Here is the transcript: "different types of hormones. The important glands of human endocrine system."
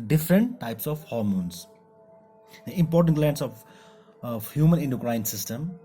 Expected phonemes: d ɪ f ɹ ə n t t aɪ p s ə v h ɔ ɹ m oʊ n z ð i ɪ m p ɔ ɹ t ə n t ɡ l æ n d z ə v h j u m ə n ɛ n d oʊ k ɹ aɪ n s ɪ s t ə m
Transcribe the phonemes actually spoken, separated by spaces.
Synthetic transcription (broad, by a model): d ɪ f ɹ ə n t t aɪ p s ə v h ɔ ɹ m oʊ n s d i ɪ m p ɔ ɹ t ə n t l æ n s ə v h j u m ə n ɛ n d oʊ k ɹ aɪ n s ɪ s t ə m